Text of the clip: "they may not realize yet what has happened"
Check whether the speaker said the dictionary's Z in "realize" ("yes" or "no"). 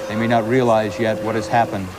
yes